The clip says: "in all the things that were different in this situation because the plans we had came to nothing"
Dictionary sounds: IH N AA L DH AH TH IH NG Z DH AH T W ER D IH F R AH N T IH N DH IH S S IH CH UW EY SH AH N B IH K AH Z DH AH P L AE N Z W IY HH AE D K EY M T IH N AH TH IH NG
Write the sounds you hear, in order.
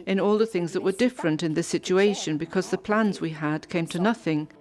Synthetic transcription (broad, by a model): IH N AA L DH AH TH IH NG Z DH AH T W ER D IH F R AH N T IH N DH IH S S IH CH UW EY SH AH N B IH K AH Z DH AH P L AE N Z W IY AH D K EY M T IH N AH TH IH NG